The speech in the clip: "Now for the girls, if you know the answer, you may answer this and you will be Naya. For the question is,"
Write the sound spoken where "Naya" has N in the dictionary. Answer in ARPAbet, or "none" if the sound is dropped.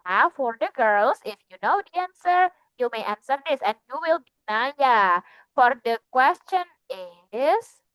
N